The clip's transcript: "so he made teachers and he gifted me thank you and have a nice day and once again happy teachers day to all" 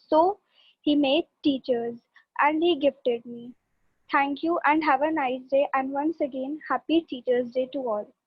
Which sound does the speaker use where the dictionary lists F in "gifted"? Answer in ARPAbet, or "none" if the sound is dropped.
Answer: F